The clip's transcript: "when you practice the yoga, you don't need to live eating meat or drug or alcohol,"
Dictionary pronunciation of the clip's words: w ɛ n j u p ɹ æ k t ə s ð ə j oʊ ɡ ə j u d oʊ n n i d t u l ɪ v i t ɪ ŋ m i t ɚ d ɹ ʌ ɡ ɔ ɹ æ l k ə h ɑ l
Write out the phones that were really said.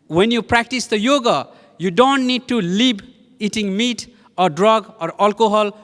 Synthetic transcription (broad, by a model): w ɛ n j u p ɹ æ k t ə s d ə j oʊ ɡ ə j u d oʊ n n i d t u l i b i t ɪ ŋ m i t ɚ d ɹ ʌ ɡ ɔ ɹ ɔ l k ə h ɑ l